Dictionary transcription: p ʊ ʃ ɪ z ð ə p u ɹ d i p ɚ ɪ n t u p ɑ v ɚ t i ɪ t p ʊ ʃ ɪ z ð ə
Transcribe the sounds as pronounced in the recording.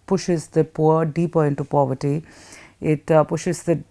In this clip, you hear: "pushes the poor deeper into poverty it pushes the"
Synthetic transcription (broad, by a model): p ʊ ʃ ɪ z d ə p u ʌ d i p ɚ ɪ n t u p ɑ v ɚ t i ɪ t p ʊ ʃ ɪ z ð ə